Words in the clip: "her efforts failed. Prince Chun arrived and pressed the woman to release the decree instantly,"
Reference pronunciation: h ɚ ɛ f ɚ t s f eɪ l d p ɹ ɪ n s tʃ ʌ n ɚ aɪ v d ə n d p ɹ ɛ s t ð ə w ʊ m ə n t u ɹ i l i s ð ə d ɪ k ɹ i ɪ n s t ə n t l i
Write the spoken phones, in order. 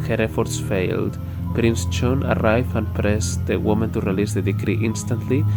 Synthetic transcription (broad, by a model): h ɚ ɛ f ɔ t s f eɪ l d p ɹ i n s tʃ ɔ n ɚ aɪ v ə n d p ɹ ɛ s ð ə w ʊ m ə n t u ɹ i l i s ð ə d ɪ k ɹ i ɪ n s t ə n t l i